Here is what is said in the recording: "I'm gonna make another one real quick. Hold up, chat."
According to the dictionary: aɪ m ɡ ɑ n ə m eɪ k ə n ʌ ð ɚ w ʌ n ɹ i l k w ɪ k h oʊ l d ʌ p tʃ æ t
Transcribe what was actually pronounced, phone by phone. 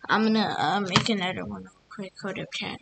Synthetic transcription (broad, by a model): aɪ m ɡ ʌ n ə m eɪ k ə n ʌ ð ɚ w ʌ n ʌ k w ɪ k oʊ d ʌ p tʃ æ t